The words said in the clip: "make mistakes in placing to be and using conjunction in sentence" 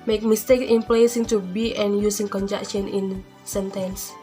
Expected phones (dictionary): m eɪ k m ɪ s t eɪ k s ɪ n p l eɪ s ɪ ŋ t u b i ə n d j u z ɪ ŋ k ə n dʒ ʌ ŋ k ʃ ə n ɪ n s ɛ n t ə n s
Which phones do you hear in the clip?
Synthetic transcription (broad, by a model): m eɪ k m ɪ s t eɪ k ɪ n p l eɪ s ɪ ŋ t u b i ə n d j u s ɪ ŋ k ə n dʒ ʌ k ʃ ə n ɪ n s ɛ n t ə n s